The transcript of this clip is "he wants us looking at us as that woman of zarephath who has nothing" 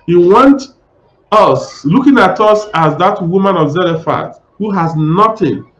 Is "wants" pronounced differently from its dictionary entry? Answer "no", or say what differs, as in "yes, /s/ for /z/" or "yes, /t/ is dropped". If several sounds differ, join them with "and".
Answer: yes, /s/ is dropped